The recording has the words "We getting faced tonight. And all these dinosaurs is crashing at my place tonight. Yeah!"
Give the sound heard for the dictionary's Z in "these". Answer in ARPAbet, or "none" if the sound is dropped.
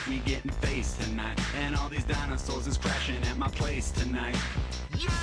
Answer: Z